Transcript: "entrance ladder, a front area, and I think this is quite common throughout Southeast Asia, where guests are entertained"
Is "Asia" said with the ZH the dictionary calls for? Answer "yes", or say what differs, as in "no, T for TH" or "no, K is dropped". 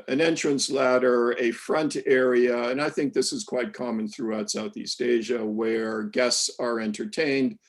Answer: yes